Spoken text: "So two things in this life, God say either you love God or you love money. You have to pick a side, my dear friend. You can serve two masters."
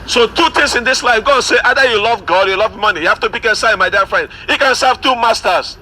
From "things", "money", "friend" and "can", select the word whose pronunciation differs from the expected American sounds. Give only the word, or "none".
things